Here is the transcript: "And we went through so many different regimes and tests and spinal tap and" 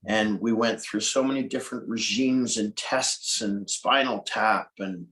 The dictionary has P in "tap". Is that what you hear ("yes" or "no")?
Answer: yes